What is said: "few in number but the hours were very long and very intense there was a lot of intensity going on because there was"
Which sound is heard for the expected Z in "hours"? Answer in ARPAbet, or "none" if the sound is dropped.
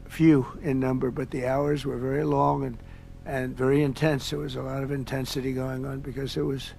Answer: Z